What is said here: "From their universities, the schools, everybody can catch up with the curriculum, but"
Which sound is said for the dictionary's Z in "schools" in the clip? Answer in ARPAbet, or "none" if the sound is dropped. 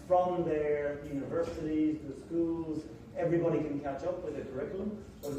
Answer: Z